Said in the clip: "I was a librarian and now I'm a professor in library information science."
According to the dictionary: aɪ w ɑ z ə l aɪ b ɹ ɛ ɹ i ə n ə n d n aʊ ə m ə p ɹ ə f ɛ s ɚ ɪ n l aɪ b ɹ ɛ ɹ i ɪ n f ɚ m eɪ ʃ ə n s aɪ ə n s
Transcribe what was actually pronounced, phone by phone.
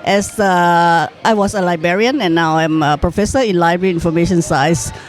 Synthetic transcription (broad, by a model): aɪ w ɑ s ə l aɪ b ɛ ɹ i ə n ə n n aʊ ə m ə p ɹ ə f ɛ s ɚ ɪ n l aɪ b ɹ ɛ ɹ i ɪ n f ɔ m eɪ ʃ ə n s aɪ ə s